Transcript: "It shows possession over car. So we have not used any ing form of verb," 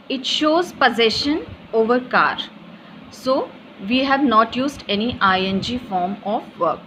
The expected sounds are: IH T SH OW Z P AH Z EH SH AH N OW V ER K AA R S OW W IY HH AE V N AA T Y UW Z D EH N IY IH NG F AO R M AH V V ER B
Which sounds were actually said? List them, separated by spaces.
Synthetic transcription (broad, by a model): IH T SH OW Z P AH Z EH SH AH N OW V ER K AA R S OW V IY HH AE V N AA T Y UW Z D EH N IY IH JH F AO R M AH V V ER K